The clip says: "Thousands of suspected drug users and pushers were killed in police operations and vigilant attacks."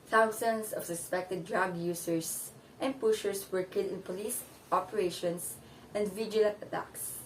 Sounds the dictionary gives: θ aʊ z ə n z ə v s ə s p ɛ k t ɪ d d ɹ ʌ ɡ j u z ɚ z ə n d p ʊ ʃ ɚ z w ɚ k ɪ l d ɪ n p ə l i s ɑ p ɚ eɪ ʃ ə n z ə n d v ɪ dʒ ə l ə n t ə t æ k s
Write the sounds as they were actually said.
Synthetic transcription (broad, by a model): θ aʊ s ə n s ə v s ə s p ɛ k t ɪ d d ɹ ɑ ɡ j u s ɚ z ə n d p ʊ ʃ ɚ s w ɚ k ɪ l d ɪ n p ə l i s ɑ p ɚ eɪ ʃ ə n s ə n d v ɪ dʒ ə l ə n t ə t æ k s